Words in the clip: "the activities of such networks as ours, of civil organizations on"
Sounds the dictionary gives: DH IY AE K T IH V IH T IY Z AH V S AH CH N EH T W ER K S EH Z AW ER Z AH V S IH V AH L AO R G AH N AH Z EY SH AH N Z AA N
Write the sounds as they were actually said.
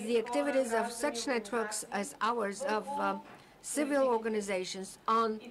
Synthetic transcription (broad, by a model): DH IY AE K T IH V IH T IY Z AH V S AH CH N EH T W ER K S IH Z AW ER Z AH V S IH V AH L AO R G AH N AH Z EY SH AH N Z N